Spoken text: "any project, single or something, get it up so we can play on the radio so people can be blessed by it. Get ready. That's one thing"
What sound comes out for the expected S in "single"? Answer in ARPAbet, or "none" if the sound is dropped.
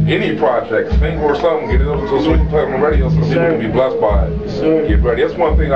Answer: TH